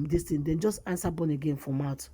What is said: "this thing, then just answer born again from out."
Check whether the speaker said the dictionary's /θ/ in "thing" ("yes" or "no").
no